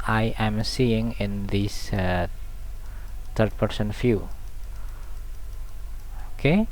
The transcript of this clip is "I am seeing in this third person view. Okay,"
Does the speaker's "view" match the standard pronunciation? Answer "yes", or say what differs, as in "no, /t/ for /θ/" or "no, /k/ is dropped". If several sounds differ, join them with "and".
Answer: no, /f/ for /v/